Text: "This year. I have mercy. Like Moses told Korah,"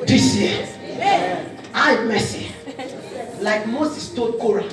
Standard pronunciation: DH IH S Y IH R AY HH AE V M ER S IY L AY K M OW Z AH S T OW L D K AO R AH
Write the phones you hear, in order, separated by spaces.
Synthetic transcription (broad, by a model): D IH S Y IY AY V M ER S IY L AY K M OW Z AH S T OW D K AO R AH